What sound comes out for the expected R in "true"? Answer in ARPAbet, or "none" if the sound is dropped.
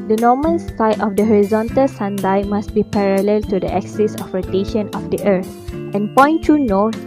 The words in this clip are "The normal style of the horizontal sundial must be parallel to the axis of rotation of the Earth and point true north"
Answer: none